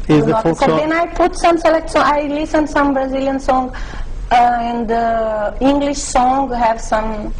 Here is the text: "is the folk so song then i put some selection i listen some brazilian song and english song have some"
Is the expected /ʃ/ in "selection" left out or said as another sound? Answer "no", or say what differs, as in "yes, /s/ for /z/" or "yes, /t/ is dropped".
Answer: yes, /s/ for /ʃ/